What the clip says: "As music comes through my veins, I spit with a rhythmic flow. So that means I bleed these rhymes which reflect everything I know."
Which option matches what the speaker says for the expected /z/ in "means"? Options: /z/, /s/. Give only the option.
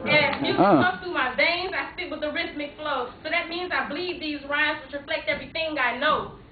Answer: /z/